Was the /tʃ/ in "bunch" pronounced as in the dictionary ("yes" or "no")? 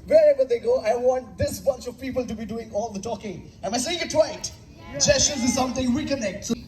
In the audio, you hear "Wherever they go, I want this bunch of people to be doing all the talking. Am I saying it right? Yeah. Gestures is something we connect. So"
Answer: yes